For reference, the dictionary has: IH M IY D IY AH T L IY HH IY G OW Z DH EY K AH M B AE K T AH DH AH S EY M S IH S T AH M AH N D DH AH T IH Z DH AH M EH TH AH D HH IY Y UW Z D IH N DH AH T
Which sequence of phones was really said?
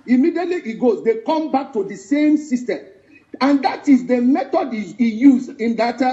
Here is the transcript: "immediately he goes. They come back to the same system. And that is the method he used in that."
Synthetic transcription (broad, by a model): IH M IY D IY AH T L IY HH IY G OW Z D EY K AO M B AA K T AH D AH S EY M S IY S T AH M AH N D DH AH T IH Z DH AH M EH T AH D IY Y UW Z IH N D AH T